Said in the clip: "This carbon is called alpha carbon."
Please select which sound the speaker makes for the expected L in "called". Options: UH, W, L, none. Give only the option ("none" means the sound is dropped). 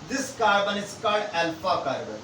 none